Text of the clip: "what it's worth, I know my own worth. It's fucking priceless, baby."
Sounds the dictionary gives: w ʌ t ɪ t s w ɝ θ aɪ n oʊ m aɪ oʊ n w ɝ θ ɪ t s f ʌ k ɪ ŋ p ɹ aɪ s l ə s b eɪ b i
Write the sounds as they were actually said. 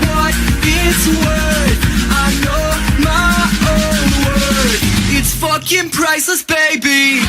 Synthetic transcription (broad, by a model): w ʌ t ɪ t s w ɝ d aɪ n oʊ m aɪ oʊ n w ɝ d ɪ t s f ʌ k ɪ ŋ p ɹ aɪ s ə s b eɪ b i